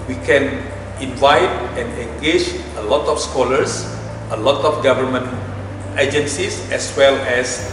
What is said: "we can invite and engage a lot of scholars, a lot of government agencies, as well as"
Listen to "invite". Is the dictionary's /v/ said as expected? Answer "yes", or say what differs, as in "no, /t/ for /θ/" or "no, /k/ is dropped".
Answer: yes